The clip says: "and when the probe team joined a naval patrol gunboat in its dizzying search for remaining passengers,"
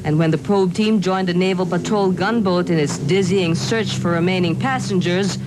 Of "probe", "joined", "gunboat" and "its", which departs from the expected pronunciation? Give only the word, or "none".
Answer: none